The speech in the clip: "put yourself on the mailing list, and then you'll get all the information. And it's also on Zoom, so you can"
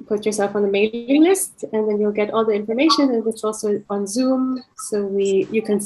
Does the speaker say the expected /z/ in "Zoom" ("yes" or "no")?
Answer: yes